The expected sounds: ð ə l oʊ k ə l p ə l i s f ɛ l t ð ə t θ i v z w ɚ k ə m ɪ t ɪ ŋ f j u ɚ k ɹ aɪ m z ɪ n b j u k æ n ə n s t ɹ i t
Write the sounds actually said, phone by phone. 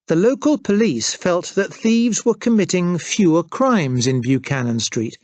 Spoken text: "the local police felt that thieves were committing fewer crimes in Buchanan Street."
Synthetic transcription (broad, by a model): ð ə l oʊ k ə l p ə l i s f ɛ l t ð ə t θ i v z w ɚ k ə m ɪ t ɪ ŋ f j u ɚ k ɹ aɪ m z ɪ n b j u k æ n ə n s t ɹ i t